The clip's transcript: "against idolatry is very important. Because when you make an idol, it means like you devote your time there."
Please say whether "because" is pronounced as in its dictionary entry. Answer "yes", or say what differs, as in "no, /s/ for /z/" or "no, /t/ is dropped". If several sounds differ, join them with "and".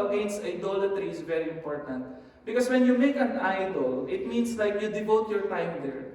no, /s/ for /z/